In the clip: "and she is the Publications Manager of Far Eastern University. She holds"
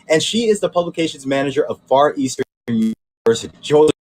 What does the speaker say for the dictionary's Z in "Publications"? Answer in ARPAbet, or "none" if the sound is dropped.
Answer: Z